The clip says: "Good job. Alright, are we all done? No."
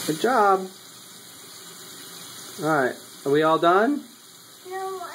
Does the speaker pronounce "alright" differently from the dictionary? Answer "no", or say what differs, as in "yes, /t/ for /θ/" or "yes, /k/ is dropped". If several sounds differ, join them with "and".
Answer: yes, /l/ is dropped